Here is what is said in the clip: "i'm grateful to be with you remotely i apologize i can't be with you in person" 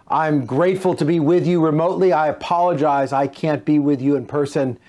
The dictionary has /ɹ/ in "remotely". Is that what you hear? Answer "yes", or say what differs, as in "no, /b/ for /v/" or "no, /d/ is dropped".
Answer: yes